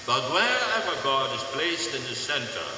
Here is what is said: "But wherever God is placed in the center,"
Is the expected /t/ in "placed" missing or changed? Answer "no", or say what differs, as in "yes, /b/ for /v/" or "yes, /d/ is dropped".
no